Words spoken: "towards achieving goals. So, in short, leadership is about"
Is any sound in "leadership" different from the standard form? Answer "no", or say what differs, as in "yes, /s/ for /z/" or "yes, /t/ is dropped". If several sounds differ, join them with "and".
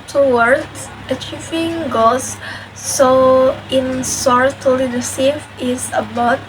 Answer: yes, /s/ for /ʃ/